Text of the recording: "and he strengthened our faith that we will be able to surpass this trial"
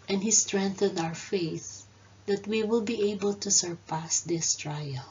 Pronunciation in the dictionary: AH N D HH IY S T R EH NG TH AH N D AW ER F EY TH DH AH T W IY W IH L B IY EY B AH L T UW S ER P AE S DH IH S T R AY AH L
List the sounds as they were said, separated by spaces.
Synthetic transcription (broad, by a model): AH N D HH IY S T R EH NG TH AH N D AW ER F EY TH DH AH T W IY W IH L B IY EY B AH L T UW S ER P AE S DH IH S T R AY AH L